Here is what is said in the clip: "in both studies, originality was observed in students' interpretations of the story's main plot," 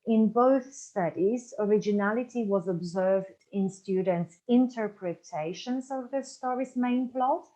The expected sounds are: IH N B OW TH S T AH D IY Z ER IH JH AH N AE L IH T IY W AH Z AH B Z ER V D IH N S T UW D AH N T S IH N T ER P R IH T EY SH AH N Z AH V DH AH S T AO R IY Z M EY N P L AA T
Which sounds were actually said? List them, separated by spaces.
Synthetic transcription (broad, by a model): IH N B OW TH S T AH D IY Z ER IH JH AH N AE L IH T IY W AH Z AH B Z ER V D IH N S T UW D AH N T S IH N T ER P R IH T EY SH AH N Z AH V DH AH S T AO R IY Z M EY N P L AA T